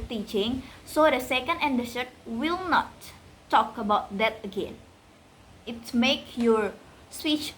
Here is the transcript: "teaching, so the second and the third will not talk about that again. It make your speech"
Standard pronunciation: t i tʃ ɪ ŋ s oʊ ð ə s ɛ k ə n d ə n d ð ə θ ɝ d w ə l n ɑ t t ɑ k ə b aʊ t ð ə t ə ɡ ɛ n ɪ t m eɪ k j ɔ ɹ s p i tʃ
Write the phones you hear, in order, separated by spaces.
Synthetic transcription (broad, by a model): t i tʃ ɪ ŋ s oʊ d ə s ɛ k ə n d ə n d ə s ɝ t w ə l n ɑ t t ɑ k ə b aʊ t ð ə t ə ɡ ɛ n ɪ t m eɪ k j ɔ ɹ s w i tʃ